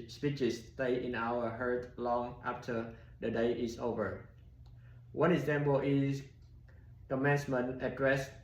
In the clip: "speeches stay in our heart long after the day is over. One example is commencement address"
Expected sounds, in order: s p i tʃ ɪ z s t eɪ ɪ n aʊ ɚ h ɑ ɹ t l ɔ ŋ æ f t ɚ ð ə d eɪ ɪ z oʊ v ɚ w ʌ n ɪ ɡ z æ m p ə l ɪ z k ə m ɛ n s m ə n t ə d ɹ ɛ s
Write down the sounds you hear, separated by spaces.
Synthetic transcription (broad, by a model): s p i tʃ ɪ s t eɪ ɪ n aʊ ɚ h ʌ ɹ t l ɔ ŋ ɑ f t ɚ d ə d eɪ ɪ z oʊ v ɚ w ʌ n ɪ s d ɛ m b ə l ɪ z k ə m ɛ n s m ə n ə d ɹ ɛ s